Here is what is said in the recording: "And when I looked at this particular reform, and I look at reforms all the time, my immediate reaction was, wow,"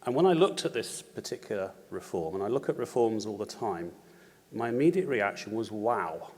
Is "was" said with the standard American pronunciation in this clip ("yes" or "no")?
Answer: yes